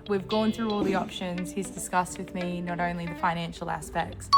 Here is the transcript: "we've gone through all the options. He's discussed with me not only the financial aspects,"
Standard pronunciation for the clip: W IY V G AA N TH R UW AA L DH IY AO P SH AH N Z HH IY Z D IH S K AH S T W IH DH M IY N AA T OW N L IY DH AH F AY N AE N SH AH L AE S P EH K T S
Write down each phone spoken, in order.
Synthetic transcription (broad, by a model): W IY V G AA N TH R UW AA L DH IY AO P SH AH N Z HH IY Z D IH S K AH S T W IH DH M IY N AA T OW N L IY DH AH F AY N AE N SH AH L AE S P EH K T S